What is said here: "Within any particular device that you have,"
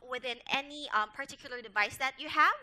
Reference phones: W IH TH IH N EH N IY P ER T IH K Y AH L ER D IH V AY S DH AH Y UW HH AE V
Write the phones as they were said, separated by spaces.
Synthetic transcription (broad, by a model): W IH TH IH N EH N IY P ER T IH K Y AH L ER D IH V AY S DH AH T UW HH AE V